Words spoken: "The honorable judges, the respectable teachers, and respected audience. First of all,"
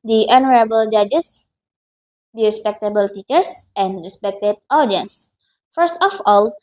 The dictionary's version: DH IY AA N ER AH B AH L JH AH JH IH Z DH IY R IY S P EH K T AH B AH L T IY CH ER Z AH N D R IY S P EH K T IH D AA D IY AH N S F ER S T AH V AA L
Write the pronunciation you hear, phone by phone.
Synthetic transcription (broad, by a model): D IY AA N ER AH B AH L JH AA JH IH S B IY R IY S P EH K T AH B AH L T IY CH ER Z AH N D R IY S P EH K T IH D AA D IY AH N S F ER S T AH F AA L